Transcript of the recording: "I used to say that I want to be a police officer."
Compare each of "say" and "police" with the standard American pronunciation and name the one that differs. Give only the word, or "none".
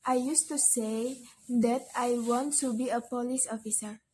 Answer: none